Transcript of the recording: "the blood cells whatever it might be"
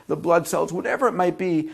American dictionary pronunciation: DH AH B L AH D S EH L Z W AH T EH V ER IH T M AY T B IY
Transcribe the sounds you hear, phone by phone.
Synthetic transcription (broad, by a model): DH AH B L AH D S EH L Z W AH T EH V ER IH T M AY T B IY